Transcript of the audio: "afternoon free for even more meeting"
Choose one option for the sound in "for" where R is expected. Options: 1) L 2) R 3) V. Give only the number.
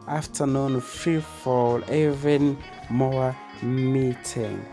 1